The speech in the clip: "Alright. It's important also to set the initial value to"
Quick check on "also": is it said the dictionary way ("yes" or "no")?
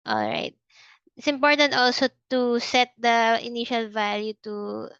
yes